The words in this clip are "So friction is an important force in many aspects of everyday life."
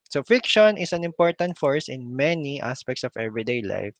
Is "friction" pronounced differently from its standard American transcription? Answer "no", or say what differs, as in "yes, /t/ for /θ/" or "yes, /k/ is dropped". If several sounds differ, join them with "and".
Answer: yes, /ɹ/ is dropped